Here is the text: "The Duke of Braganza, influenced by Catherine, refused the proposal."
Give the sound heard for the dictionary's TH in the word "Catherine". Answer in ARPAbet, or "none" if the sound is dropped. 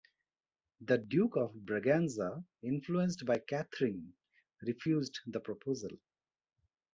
T